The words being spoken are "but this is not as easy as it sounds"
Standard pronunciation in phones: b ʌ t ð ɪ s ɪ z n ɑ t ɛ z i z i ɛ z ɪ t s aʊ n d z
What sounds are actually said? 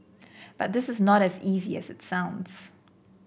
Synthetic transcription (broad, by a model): b ʌ t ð ɪ s ɪ z n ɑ t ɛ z i z i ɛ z ɪ t s aʊ n d z